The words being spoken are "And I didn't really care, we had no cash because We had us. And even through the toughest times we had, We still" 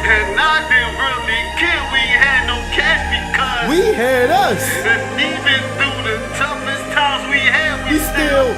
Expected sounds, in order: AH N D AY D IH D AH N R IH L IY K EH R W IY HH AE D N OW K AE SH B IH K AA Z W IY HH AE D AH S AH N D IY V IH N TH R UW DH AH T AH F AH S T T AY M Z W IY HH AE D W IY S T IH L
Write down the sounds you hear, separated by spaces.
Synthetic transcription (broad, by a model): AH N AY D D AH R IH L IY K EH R W IY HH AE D N OW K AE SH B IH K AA W IY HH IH D AH S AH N IY V IH N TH UW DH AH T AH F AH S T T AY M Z W IY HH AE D W IY S T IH L